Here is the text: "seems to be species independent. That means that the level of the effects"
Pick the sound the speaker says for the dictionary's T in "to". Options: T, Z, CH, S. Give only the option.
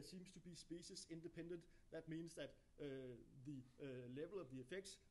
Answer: T